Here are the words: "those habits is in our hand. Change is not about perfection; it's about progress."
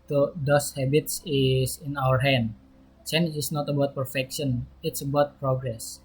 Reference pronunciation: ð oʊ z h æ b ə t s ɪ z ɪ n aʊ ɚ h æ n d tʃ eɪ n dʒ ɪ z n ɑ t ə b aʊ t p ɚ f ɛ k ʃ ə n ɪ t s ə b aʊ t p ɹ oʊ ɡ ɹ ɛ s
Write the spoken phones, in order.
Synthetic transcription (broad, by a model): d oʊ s h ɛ b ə t s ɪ s ɪ n aʊ ɚ h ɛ n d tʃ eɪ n ɪ s n ɑ t ə b aʊ t p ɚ f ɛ k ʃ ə n ɪ t s ə b aʊ t p ɹ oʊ ɡ ɹ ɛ s